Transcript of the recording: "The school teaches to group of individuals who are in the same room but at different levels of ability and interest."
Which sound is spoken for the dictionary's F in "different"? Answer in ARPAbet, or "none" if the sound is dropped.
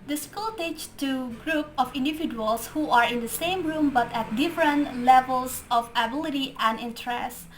F